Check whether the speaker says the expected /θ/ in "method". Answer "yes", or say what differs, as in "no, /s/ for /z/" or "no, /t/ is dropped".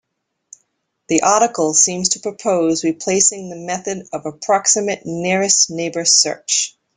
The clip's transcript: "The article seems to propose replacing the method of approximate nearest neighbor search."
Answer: yes